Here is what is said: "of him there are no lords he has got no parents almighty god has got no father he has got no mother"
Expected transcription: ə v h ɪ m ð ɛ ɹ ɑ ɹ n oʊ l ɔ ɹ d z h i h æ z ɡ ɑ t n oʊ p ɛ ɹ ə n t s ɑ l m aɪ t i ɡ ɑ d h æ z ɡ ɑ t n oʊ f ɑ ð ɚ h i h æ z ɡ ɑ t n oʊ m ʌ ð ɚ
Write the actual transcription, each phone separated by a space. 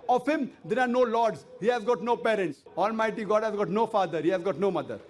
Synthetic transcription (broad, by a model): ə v h ɪ m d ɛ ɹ ɑ ɹ n oʊ l ɔ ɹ d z h i h æ z ɡ ɑ t n oʊ p ɛ ɹ ə n t s ɑ l m aɪ t i ɡ ɑ d h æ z ɡ ɑ t n oʊ f ɑ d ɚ h i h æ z ɡ ɑ t n oʊ m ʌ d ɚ